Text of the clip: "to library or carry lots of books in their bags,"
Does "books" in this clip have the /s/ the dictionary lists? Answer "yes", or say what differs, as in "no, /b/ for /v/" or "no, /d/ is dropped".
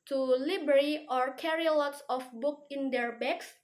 no, /s/ is dropped